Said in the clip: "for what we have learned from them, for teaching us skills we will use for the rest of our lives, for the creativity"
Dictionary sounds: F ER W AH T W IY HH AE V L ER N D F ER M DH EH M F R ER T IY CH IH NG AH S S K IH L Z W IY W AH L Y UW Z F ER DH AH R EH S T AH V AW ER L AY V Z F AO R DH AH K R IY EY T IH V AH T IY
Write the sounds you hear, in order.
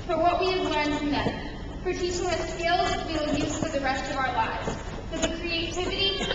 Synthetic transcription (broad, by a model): F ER W AH T W IY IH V L ER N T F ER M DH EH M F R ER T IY S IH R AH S S K IH L Z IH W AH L Y UW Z F ER DH AH R EH S T AH V AW ER L AY V Z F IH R DH AH K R IY EY T IH V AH T IY